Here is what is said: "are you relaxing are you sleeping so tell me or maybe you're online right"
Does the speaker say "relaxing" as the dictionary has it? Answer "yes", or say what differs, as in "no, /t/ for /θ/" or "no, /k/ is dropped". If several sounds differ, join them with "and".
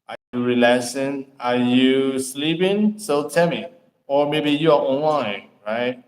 no, /k/ is dropped